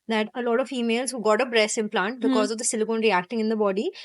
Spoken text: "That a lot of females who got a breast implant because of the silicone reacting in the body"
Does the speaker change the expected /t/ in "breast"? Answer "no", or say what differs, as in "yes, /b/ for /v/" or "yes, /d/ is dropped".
yes, /t/ is dropped